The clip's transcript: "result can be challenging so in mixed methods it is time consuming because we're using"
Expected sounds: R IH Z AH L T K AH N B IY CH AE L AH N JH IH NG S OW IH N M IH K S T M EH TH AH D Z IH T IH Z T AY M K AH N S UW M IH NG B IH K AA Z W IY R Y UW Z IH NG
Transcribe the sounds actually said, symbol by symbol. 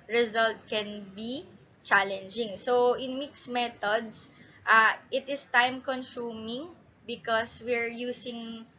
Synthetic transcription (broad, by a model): R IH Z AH L T K AH N B IY CH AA L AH N JH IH NG S OW IH N M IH K S M EH T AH D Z IH T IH S T AY M K AH N S UW M IH NG B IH K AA S W IY R Y UW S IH NG